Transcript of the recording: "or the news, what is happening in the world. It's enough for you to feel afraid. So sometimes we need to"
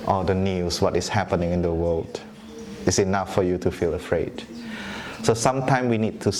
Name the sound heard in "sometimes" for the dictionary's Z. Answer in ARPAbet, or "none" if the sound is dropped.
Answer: none